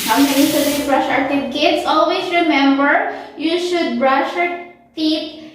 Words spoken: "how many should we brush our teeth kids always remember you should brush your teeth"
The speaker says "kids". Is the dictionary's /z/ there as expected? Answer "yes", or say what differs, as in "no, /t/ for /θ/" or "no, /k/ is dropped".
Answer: no, /s/ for /z/